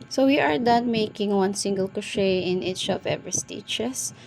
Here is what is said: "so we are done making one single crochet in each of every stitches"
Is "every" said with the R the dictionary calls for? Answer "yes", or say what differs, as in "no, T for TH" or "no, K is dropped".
no, R is dropped